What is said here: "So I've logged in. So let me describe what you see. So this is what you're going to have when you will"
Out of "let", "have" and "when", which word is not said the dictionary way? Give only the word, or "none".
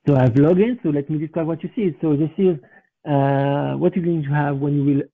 none